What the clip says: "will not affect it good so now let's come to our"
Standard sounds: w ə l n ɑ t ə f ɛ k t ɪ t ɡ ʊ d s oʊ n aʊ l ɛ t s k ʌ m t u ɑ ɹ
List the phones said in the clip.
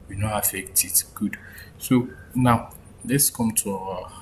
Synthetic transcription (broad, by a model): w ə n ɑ ə f ɛ k t ɪ t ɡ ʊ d s oʊ n aʊ l ɛ t s k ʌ m t u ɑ